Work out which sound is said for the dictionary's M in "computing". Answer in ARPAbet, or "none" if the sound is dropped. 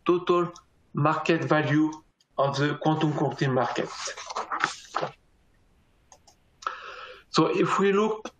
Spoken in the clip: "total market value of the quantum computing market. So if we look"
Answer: none